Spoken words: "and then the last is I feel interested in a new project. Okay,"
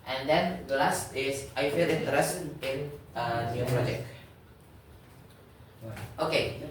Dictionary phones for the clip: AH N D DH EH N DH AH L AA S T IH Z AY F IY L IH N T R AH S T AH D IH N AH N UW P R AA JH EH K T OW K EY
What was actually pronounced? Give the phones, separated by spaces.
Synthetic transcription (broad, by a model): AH N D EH N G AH L AA S T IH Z AY F IY L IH N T AH T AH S IH N AH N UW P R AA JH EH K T OW K EY